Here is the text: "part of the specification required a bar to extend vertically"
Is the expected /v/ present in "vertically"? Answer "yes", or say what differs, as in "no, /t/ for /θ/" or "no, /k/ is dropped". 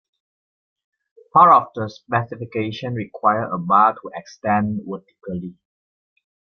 no, /w/ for /v/